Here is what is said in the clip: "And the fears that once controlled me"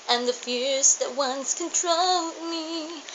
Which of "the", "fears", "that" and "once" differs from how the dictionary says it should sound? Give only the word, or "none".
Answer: none